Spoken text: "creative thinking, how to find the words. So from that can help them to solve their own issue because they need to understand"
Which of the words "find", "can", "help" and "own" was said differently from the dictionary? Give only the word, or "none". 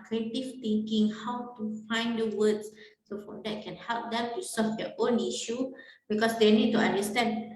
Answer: none